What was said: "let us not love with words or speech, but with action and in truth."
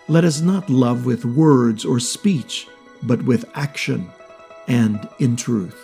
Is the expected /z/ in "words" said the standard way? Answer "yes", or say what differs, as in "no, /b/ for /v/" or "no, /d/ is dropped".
yes